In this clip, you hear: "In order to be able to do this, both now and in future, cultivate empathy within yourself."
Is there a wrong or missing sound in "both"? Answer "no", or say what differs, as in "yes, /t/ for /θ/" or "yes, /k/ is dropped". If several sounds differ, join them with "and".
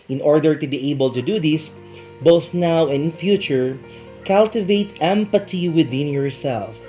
no